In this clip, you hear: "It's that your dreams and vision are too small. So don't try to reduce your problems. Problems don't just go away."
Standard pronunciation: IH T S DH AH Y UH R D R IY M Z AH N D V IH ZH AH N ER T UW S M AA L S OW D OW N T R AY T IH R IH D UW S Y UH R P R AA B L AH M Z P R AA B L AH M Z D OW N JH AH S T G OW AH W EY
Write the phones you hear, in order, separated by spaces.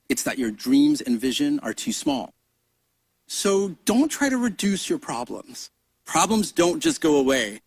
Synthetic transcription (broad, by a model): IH T S DH AH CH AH R D R IY M Z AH N V IH ZH AH N ER T UW S M AA L S OW D OW N T R AY T IH R IH D UW S Y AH R P R AA B L AH M Z P R AA B L AH M Z D OW N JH AH S G OW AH W EY